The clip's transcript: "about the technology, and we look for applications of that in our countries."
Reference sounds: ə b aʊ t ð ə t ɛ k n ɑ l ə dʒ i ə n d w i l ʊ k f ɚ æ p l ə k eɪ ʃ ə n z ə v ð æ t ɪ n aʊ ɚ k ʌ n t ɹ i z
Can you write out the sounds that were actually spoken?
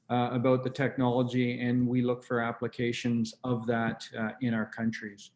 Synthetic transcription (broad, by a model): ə b aʊ t ð ə t ɛ k n ɑ l ə dʒ i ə n w i l ʊ k f ɚ æ p l ə k eɪ ʃ ə n z ə v ð æ t ɪ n aʊ ɚ k ʌ n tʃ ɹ i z